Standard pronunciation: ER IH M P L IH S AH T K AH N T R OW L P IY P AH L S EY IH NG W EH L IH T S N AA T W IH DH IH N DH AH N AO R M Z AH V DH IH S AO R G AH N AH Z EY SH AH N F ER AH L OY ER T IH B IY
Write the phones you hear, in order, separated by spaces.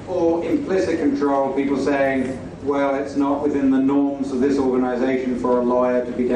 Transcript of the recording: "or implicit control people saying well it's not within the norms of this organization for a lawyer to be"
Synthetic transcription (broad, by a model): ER IH M P L IH S AH T K AH N T R OW L P IY P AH L S EY IH NG W EH L IH T S N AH T W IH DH IH N DH AH N AO R M Z AH V DH IH S AO R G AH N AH Z EY SH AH N F ER AH L OY ER T IH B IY